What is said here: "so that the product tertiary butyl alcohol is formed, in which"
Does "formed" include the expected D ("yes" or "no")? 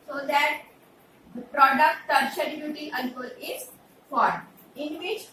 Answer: no